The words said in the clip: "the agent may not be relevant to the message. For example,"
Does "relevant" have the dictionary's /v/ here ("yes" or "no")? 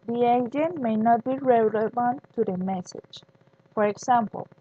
no